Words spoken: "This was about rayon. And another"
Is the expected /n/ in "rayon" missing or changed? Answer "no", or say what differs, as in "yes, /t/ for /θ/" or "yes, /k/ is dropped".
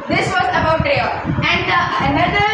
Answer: yes, /n/ is dropped